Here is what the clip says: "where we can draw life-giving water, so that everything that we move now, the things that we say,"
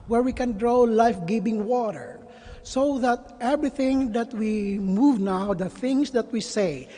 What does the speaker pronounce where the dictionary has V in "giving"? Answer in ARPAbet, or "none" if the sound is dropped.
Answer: B